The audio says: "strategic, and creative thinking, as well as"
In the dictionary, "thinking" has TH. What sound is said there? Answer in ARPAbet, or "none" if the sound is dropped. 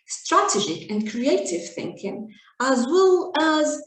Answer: TH